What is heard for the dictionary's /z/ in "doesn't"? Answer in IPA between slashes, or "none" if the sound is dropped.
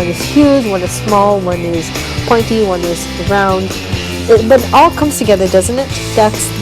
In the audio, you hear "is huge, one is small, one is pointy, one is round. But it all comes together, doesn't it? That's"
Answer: /z/